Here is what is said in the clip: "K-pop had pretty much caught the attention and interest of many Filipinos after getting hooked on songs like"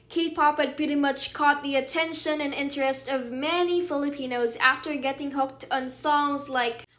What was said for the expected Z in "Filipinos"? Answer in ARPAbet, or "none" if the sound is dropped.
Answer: Z